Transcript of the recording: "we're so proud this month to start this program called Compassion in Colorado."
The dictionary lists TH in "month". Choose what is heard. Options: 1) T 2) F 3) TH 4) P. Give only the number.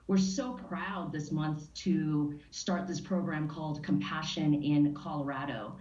3